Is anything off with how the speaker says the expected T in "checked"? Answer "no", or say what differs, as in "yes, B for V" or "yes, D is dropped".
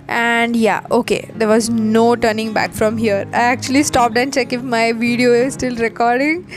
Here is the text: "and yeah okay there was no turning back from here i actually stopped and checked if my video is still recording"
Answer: yes, T is dropped